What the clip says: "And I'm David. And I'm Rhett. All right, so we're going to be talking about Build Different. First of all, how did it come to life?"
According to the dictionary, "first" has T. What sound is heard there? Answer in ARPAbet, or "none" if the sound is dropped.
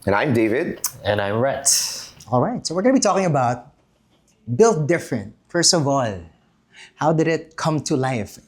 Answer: T